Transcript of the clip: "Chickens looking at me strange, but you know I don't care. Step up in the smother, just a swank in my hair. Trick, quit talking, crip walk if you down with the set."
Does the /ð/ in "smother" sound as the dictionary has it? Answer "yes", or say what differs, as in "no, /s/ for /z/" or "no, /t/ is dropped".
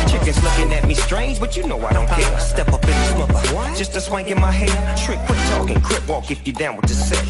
no, /ð/ is dropped